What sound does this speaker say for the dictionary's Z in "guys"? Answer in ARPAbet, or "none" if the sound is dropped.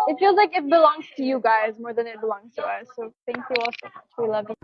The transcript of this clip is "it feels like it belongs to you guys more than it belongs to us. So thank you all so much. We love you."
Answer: Z